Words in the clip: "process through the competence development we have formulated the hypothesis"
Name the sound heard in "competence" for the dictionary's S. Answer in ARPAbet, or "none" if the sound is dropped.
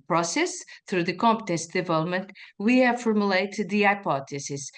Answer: S